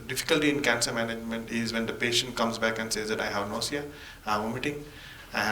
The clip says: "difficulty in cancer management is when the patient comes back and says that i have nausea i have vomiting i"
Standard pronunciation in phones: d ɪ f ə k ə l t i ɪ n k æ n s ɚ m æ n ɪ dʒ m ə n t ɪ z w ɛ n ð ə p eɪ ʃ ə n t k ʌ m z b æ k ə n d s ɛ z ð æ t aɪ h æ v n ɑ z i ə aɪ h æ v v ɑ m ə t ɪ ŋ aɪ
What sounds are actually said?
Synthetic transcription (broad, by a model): d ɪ f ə k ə l t i ɪ n k æ n s ɚ m æ n ɪ dʒ m ə n t ɪ z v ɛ n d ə p eɪ ʃ ə n t k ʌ m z b æ k ə n d s ɛ z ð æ t aɪ h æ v n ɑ s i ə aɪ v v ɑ m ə t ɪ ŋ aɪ